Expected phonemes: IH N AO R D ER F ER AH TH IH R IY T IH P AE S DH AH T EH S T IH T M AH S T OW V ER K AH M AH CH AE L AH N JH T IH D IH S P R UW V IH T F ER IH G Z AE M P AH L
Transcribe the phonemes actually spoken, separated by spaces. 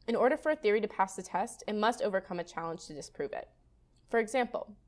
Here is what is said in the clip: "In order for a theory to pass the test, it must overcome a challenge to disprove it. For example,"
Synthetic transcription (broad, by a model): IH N AO R D ER F ER AH TH IH R IY T IH P AE S DH AH T EH S T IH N M AH S T OW V ER K AH M AH CH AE L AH N ZH T IH D IH S P R UW V IH T F ER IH G Z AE M P L